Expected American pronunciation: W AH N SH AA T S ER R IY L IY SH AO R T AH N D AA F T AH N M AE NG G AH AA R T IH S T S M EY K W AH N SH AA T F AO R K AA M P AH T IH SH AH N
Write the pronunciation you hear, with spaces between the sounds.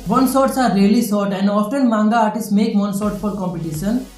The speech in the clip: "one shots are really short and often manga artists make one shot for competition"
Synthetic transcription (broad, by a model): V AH N S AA T S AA R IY L IY S AO R T AH N D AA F T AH N M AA NG G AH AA R T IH S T M EY K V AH N S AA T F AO R K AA M P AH T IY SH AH N